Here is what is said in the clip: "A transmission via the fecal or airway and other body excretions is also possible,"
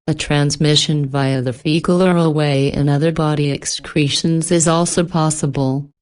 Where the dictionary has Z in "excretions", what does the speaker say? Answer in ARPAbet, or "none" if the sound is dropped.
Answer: Z